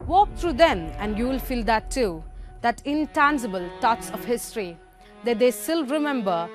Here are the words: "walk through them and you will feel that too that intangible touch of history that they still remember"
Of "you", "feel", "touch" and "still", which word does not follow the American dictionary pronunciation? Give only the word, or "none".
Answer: touch